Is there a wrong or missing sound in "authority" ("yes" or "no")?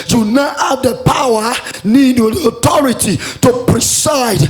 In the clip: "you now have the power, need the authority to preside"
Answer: yes